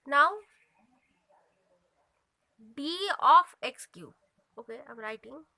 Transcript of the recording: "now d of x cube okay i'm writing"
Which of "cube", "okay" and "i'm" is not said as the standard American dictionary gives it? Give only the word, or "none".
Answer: cube